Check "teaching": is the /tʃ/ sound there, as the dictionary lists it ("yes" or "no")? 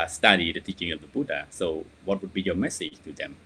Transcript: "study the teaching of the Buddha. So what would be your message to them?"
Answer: yes